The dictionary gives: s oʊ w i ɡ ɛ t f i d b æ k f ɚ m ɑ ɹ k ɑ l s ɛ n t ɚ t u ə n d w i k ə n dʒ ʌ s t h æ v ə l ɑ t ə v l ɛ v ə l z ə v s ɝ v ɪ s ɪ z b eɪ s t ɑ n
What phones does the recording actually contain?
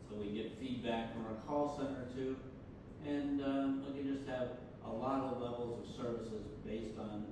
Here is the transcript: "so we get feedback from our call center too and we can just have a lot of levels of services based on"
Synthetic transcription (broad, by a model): s oʊ w i ɡ ɛ t f i d b æ k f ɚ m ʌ ɹ k ɑ l s ɛ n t ɚ t u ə n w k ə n dʒ ʌ s t h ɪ v ə l ɑ t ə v l ɛ v l z ə v s ɝ v ɪ s ɪ z b eɪ s t n